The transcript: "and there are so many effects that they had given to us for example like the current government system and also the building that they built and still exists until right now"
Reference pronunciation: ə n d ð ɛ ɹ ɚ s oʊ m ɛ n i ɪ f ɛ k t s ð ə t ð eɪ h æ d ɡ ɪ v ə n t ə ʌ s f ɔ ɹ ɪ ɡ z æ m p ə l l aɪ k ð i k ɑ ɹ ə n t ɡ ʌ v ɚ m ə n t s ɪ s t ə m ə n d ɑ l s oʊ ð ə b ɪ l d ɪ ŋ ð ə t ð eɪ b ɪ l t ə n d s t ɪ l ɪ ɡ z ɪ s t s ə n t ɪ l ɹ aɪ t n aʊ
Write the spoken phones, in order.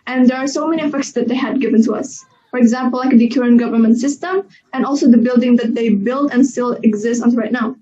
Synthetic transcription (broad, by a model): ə n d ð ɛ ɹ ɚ s oʊ m ɛ n i ɪ f ɛ k t s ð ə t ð eɪ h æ d ɡ ɪ v ə n t ə ʌ s f ɔ ɹ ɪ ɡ z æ m p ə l l aɪ k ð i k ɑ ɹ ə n ɡ ʌ v ɚ m ə n t s ɪ s t ə m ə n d ɑ l s oʊ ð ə b ɪ l d ɪ ŋ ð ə t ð eɪ b ɪ l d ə n s t ɪ l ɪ ɡ z ɪ s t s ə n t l ɹ aɪ t n aʊ